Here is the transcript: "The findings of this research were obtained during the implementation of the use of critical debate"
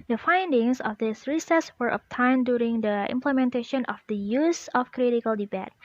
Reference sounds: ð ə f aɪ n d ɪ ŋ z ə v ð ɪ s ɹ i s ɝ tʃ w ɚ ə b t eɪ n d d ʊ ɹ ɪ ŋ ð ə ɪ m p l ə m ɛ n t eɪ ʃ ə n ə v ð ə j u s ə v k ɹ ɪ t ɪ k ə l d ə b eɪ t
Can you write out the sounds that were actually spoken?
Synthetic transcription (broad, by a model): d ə f aɪ n d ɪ ŋ s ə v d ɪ s ɹ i s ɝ s w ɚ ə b t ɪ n d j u ɹ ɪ ŋ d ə ɪ m p l ə m ɛ n t eɪ ʃ ə n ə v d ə j u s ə f k ɹ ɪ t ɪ k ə l d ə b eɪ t